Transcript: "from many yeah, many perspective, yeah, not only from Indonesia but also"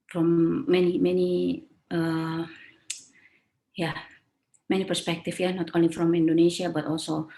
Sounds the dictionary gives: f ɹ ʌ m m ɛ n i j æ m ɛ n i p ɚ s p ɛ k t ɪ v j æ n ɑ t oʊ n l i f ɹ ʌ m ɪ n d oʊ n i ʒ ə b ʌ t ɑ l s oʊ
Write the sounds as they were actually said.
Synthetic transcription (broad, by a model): f ɹ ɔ m m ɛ n i j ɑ m ɛ n i p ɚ s p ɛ k t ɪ f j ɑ n ɑ t oʊ n l i f ɹ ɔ m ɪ n d oʊ n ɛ s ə b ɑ t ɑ l s oʊ